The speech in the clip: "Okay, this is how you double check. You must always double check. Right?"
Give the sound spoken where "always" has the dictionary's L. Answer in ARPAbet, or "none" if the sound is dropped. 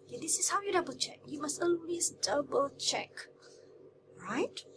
N